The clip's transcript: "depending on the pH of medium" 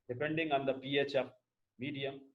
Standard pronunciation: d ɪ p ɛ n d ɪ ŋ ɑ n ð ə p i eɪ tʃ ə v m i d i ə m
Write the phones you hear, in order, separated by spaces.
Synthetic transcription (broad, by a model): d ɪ p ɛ n d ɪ ŋ ɑ n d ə p i eɪ tʃ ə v m i d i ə m